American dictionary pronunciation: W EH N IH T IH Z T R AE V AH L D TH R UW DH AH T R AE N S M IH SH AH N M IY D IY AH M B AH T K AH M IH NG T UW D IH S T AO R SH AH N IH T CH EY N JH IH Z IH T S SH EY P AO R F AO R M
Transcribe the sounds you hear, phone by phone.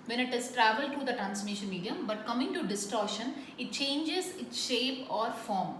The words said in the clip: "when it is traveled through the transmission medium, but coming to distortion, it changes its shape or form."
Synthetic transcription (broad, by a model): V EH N IH T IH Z T R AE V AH L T R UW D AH T R AE N S M IH SH AH N M IY D IY AH M B AH T K AH M IH NG T UW D IH S T AO R SH AH N IH T CH EY N JH IH Z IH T S SH EY P AO R F AO R M